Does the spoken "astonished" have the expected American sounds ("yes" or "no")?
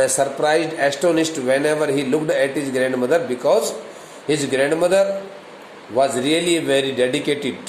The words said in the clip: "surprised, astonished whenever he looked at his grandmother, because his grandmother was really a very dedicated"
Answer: no